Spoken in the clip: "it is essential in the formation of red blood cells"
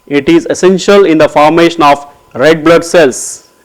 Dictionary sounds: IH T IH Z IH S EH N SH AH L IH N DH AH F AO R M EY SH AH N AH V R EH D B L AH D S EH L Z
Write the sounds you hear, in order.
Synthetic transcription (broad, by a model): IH T IH Z IH S EH N SH AH L IH N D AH F AO R M EY SH AH N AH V R EH D B L AH D S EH L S